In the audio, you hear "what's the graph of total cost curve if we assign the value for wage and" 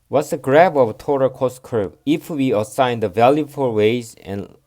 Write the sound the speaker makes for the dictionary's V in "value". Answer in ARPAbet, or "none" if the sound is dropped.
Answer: V